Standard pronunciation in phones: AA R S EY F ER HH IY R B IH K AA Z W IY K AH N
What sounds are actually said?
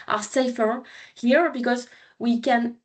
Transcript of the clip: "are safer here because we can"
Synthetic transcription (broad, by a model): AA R S EY F ER HH IY R B IH K AA Z W IY K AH N